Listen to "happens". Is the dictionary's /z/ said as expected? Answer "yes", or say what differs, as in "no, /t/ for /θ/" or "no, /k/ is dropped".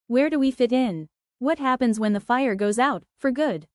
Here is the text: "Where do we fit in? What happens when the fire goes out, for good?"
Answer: yes